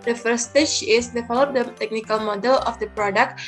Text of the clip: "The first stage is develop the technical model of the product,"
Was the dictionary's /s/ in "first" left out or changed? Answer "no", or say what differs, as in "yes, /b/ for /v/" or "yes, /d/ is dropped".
yes, /s/ is dropped